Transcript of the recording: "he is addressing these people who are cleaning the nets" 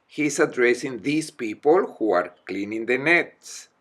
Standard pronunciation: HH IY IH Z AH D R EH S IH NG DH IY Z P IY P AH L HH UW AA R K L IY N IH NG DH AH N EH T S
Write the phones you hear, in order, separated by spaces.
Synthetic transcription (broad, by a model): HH IY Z AH D R EH S IH NG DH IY S P IY P AH L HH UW AA R K L IY N IH NG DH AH N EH T S